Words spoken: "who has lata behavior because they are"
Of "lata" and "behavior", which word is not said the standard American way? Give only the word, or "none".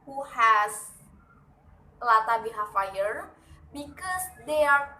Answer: behavior